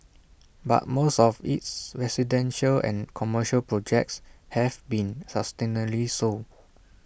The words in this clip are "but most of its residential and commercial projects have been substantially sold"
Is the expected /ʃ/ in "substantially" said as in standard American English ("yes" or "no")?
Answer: no